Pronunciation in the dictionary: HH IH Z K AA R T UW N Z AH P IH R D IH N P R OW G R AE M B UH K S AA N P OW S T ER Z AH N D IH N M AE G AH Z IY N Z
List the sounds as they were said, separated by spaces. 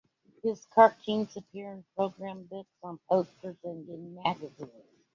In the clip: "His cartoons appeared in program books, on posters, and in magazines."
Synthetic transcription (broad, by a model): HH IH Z K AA R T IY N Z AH P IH R IH N P R OW G R AE M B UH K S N P OW S T ER Z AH N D IH N M AE G AH Z IY N Z